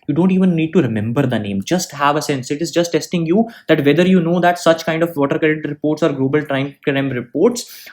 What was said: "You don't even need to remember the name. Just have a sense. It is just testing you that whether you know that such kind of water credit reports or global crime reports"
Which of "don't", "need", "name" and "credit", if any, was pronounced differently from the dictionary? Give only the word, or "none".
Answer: credit